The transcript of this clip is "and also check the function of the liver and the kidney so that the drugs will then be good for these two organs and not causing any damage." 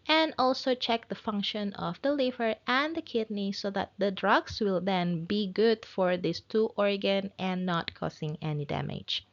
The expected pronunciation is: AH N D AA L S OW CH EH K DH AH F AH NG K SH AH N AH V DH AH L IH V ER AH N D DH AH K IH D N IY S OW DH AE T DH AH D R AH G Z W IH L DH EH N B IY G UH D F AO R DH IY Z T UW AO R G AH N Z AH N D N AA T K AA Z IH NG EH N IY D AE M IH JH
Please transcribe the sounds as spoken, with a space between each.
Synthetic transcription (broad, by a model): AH N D AA L S OW CH EH K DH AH F AH NG K SH AH N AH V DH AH L IH V ER AH N D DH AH K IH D N IY S OW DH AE T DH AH D R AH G S W IH L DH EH N B IY G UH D F AO R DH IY S T UW AO R G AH N AH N N AA T K AA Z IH NG EH N IY D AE M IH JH